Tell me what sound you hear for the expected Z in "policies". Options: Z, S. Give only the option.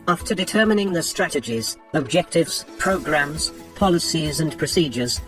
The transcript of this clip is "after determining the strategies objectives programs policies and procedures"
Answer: Z